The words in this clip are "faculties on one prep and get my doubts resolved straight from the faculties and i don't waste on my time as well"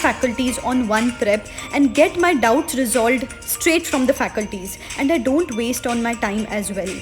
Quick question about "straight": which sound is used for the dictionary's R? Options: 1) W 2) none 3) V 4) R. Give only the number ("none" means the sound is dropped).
4